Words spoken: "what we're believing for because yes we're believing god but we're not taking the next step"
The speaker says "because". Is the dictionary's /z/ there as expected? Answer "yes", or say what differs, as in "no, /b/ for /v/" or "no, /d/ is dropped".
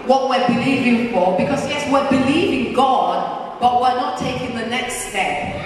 no, /s/ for /z/